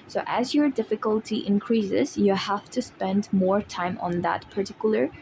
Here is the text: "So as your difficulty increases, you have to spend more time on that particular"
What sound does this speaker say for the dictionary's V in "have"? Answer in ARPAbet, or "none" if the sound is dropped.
F